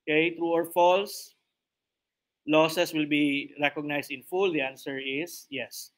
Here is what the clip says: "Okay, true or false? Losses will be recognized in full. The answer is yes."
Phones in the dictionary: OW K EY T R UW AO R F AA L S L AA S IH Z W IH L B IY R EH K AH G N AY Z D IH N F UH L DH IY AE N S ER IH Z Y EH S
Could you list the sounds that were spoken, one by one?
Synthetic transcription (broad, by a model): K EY T R UW AO R F AA L S L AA S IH S W IH L B IY R EH K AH G N AY S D IH N F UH L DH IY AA N S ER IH S Y EH S